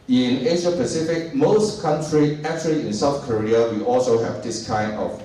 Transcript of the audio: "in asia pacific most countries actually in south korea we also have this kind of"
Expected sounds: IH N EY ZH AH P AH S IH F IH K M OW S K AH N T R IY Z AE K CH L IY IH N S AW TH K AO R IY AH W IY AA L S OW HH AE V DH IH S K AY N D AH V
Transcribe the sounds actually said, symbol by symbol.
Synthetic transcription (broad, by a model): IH N EY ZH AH P AH S IH F IH K M OW S K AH N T R IY AE K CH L IY IH N S AW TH K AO R IY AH W IY AA L S OW HH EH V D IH S K AY N D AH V